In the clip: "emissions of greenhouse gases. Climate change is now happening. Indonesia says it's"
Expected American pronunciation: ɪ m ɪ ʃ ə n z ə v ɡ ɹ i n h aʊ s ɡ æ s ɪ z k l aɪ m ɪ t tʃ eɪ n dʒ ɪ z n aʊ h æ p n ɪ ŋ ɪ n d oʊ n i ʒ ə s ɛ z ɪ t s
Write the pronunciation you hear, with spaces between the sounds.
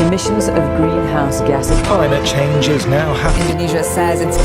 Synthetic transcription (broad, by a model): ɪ m ɪ ʃ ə n z ə v ɡ ɹ i n h aʊ s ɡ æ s k l aɪ m ɪ t tʃ eɪ n dʒ ɪ z n aʊ h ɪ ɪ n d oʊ n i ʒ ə s ɛ z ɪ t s